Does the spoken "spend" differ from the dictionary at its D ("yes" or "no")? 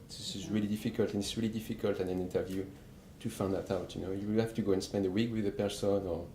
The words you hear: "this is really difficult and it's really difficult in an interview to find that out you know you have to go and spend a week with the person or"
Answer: no